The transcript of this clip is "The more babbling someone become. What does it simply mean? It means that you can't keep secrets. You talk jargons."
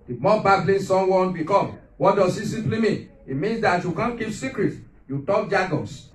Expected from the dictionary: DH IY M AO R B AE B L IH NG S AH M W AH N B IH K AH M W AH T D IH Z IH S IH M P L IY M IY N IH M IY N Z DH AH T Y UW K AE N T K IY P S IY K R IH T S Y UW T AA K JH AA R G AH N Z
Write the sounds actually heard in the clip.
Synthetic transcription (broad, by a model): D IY M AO B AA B L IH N S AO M W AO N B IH K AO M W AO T D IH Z IH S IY P L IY M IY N IH M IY N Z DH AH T Y UW K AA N K IY P S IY K R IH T Y UW T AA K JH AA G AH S